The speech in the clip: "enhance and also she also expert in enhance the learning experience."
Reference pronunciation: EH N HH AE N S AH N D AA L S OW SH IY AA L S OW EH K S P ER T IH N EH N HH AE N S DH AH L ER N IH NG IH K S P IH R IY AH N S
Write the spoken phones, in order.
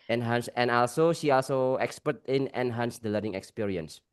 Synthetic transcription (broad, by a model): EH N HH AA N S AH N AA L S OW SH IY AA L S OW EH K S P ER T IH N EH N HH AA N S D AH L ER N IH NG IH K S P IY R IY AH N S